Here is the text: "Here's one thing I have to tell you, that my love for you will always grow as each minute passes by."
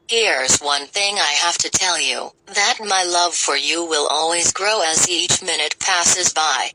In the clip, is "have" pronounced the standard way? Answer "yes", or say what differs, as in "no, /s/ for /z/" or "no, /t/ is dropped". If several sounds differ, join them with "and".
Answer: no, /f/ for /v/